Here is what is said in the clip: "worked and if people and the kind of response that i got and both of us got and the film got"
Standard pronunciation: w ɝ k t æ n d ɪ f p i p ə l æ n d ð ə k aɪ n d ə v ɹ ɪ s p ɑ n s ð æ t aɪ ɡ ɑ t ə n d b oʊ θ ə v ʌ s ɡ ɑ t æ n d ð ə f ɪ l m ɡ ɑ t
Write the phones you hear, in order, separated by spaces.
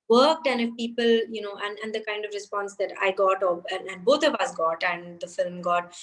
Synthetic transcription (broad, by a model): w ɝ k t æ n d ɪ f p i p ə l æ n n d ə k aɪ n d ə v ɹ ɪ s p ɑ n s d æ t aɪ ɡ ɑ t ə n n b oʊ t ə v ʌ s ɡ ɑ t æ n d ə f ɪ l m ɡ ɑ t